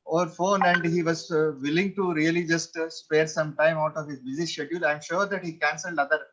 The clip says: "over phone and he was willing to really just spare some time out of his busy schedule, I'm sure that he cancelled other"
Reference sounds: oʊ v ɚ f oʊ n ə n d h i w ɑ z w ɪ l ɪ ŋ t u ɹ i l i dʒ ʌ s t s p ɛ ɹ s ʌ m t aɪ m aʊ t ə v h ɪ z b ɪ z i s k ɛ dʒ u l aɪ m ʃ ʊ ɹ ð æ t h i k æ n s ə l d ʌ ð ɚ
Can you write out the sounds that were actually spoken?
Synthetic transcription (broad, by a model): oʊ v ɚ f oʊ n ə n d h i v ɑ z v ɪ l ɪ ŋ t u ɹ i l i dʒ ʌ s t s p ɛ ɹ s ʌ m t aɪ m aʊ t ə v h ɪ z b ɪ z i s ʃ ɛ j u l aɪ m ʃ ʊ ɹ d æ t h i k æ n s ə l d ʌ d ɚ